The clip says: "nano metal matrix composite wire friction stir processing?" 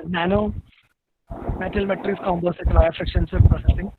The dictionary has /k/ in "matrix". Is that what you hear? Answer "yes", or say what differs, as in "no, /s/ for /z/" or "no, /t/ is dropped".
no, /k/ is dropped